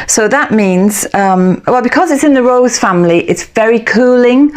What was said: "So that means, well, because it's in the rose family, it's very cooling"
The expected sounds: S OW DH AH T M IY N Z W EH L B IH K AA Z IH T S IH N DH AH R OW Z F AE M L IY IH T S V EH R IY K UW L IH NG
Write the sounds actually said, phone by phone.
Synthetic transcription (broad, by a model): S OW DH AH T M IY N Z W EH L B IH K AA Z IH T S IH N DH AH R OW Z F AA M L IY IH T S V EH R IY K UW L IH NG